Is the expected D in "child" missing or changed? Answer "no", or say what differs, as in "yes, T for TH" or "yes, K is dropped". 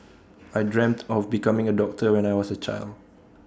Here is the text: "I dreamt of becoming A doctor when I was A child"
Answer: no